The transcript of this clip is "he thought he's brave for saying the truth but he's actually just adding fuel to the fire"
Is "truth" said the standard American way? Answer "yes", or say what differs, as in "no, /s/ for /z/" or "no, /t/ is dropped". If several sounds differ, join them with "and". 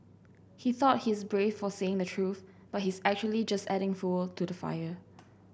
yes